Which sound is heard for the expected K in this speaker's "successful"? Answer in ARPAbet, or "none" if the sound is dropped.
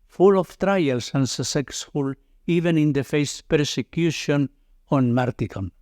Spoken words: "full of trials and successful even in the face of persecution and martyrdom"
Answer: none